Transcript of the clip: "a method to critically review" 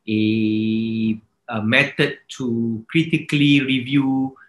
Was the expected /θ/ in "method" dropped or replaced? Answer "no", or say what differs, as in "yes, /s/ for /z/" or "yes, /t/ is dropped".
yes, /t/ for /θ/